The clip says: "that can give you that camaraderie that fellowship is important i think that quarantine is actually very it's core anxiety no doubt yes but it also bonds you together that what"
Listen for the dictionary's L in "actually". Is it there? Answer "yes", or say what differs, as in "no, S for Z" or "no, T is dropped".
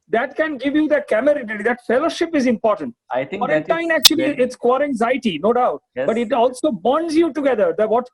no, L is dropped